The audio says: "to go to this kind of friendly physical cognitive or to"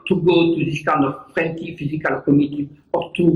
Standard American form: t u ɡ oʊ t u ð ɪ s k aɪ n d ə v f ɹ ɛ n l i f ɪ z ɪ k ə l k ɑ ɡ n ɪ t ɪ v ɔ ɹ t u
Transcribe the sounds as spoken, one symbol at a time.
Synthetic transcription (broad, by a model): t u ɡ oʊ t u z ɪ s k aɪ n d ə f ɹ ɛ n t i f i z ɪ k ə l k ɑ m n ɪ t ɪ p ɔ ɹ t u